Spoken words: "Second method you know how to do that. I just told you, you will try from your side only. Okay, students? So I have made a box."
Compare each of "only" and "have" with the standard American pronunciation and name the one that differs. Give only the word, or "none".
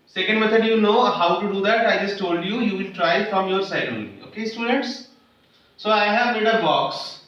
only